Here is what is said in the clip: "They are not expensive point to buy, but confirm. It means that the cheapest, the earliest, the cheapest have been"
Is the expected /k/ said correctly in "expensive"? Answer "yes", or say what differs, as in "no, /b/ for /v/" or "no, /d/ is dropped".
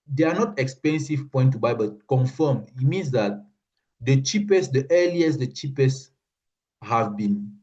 yes